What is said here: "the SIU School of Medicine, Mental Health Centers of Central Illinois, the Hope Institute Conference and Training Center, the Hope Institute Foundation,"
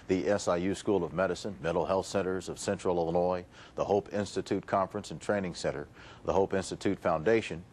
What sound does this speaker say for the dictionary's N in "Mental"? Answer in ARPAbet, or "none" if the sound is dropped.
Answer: none